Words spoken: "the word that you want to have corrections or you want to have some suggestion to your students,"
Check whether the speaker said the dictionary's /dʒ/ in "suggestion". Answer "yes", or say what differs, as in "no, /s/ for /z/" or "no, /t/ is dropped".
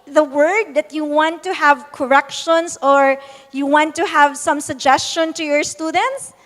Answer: yes